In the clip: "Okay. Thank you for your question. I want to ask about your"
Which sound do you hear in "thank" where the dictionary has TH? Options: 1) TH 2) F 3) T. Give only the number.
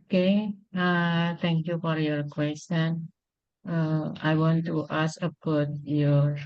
3